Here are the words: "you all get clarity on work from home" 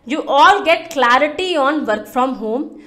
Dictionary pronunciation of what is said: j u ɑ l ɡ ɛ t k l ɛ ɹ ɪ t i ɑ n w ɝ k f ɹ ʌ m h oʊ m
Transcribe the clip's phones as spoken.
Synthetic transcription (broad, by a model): j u ɑ l ɡ ɛ t k l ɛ ɹ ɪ t i ɑ n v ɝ k f ɹ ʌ m h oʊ m